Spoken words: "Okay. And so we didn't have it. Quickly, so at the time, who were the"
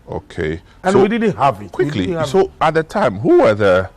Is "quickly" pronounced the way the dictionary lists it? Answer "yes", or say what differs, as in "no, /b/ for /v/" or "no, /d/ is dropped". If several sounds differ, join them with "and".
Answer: yes